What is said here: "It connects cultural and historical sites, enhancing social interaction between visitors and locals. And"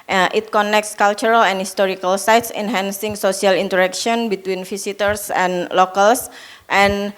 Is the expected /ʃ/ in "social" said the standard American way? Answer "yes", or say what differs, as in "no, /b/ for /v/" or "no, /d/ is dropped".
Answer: no, /s/ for /ʃ/